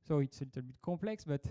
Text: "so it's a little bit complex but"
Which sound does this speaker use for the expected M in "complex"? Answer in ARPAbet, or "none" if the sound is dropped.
none